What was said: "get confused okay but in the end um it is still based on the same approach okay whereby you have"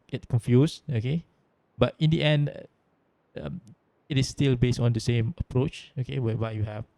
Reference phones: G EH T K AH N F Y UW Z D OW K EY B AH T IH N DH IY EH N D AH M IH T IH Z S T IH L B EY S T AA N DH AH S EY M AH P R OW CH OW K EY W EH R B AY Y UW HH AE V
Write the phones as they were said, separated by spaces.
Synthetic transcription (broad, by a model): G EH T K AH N F Y UW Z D OW K EY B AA T IH N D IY EH N D AH M IH T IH S T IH L B EY S T AA N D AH S EY M AH P R OW CH OW K EY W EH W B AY Y UW HH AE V